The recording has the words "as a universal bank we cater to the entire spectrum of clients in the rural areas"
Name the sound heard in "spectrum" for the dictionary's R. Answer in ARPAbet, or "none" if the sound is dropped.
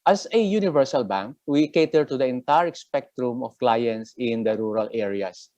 R